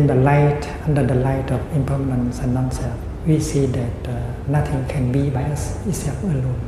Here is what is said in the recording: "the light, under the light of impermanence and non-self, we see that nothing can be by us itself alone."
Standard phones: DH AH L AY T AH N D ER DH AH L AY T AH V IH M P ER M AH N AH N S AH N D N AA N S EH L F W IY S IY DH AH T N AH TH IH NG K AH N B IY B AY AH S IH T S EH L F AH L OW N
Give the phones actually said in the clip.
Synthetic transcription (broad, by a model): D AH L AY T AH N D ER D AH L AY T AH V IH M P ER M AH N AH N S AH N N AA N S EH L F W IY S IY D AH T N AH T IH NG K AH N B IY B AY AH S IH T S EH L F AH L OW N